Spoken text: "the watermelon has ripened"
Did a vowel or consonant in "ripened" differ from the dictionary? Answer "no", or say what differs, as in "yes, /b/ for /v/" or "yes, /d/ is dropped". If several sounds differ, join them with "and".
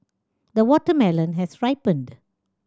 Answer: no